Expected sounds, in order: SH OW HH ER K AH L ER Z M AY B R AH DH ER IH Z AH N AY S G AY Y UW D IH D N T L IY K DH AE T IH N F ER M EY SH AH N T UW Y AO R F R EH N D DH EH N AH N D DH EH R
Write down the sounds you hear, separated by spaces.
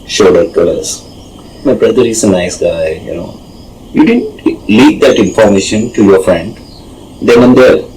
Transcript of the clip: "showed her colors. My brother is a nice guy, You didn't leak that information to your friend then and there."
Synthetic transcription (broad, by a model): SH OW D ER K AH L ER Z M AY B R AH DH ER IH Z AH N AY S G AY Y UW D IH D N T L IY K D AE T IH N F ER M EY SH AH N T UW Y AO R F R EH N D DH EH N AH N D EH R